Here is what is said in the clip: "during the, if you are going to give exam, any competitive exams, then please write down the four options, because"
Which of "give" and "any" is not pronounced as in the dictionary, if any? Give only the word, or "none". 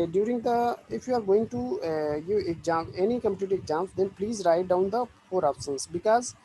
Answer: give